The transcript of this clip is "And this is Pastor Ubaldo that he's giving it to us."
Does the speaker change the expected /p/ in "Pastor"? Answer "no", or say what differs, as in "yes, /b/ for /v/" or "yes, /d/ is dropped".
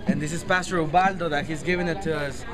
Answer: no